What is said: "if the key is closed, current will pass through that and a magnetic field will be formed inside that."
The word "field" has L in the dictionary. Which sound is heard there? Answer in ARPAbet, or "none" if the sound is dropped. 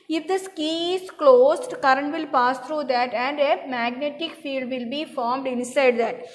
L